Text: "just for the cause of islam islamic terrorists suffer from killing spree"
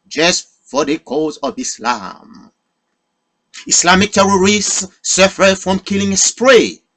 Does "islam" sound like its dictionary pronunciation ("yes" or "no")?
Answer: yes